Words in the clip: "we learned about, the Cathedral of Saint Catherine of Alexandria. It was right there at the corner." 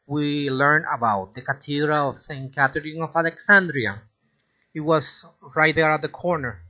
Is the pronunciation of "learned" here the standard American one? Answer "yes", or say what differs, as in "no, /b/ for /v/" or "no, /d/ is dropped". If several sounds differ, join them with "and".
no, /d/ is dropped